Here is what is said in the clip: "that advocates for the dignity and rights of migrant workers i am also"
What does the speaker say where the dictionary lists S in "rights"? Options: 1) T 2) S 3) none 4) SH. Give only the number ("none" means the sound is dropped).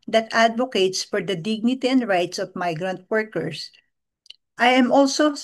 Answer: 2